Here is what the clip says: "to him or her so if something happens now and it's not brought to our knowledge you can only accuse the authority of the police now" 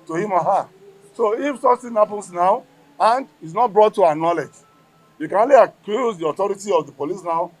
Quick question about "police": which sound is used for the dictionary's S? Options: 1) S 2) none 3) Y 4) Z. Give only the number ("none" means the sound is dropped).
1